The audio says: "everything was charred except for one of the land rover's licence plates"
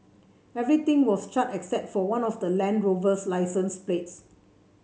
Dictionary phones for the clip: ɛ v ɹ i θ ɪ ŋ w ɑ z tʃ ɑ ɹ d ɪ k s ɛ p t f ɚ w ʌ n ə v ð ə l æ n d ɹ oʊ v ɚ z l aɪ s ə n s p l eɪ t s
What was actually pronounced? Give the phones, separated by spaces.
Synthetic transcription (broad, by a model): ɛ v ɹ i t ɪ ŋ w ɑ s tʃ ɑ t ɪ k s ɛ p t f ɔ w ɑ n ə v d ə l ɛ n d ɹ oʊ v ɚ s l aɪ s ə n s p l eɪ t s